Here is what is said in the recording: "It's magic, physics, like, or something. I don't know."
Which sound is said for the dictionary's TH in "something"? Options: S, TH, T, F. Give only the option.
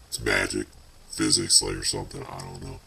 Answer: TH